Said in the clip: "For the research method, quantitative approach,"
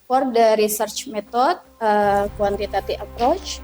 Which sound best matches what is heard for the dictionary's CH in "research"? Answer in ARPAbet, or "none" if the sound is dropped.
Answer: CH